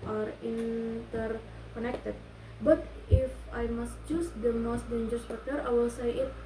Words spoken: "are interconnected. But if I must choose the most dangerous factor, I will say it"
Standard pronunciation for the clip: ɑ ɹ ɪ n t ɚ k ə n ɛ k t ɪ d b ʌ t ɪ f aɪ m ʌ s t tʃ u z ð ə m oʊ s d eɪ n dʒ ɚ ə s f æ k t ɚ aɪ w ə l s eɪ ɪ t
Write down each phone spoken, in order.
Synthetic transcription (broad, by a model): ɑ ɹ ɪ n t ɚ k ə n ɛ k t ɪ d b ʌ t ɪ f aɪ m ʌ s t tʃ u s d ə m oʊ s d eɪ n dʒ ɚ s p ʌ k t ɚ aɪ w ə l s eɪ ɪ t